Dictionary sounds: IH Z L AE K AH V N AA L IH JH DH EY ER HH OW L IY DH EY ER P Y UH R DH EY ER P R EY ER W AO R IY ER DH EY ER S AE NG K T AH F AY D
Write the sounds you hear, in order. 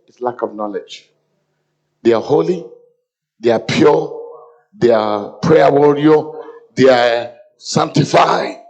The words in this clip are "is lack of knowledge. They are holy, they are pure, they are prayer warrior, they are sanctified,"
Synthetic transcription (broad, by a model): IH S L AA K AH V N AA L IH JH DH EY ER HH OW L IY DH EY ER P Y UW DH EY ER P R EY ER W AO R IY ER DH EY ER S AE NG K T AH F AY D